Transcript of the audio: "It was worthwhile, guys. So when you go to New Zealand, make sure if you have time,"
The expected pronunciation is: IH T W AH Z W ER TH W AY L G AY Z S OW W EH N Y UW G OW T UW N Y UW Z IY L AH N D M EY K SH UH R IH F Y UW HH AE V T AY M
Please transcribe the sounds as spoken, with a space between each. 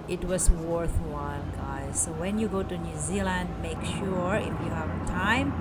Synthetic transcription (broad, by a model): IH T W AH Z W ER TH W AY L G AY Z S OW W EH N Y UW G OW T UW N Y UW Z IY L AH N D M EY K SH UH R IH F Y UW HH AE V T AY M